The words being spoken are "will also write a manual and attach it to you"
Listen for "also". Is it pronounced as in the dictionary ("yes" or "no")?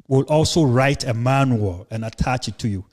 yes